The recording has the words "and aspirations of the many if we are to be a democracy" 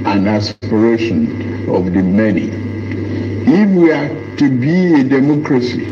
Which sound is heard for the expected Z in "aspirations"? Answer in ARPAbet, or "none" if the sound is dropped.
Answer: none